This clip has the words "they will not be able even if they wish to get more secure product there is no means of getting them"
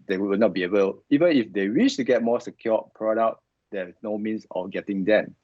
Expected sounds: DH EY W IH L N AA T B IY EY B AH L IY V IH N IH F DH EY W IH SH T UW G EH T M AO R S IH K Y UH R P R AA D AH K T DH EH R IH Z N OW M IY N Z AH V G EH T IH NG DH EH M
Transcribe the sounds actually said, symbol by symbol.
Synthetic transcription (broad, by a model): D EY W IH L N AA T B IY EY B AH L IY V IH N IH F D EY W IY SH T UW G EH T M AO S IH K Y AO P R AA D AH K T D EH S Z N OW M IY N S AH F G EH T IH NG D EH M